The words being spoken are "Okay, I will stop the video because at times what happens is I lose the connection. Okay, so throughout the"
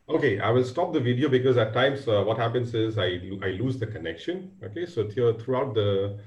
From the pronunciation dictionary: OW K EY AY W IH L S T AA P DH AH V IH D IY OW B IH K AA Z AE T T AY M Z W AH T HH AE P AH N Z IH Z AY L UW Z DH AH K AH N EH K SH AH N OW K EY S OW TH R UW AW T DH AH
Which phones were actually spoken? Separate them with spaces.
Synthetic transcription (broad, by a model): OW K EY AY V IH L S T AA P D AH V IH D IY OW B IH K AA Z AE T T AY M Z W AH T HH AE P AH N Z IH Z AY L UW Z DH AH K AH N EH K SH AH N OW K EY S OW T R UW AW T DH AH